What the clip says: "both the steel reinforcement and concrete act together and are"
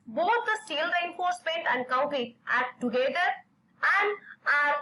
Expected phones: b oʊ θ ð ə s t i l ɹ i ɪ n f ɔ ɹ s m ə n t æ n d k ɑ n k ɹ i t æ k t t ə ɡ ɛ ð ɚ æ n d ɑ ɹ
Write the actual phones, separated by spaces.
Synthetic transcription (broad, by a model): b oʊ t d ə s t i l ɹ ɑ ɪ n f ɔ ɹ s m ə n t æ n d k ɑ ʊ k i t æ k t t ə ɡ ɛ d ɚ æ n d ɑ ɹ